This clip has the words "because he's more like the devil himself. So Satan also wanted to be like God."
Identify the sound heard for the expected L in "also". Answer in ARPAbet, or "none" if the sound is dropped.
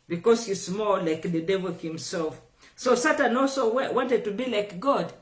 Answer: L